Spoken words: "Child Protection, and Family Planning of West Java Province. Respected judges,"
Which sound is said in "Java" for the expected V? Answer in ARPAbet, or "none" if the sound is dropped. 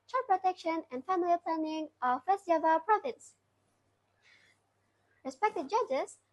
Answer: none